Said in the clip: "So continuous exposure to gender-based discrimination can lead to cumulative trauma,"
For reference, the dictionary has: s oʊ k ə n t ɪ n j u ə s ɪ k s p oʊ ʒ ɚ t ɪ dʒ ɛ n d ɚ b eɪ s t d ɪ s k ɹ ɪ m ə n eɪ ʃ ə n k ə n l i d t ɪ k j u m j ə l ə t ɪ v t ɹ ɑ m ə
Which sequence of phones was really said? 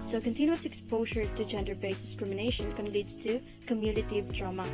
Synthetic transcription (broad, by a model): s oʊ k ə n t ɪ n j u ə s ɪ k s p oʊ ʒ ɚ t ɪ dʒ ɛ n d ɚ b eɪ s d ɪ s k ɹ ɪ m ə n eɪ ʃ ə n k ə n l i d t ɪ k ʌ m j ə n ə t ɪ v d ɹ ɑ m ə